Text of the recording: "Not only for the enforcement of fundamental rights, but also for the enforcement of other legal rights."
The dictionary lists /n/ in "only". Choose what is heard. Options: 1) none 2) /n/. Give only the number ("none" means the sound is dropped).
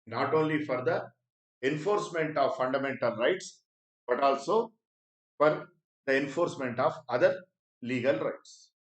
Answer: 2